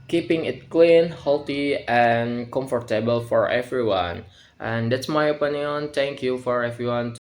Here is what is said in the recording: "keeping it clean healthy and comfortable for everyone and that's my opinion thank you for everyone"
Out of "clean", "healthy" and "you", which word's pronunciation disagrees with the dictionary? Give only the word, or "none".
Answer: healthy